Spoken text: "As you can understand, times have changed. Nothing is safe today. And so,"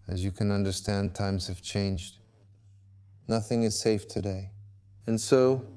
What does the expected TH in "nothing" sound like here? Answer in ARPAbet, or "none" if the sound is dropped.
TH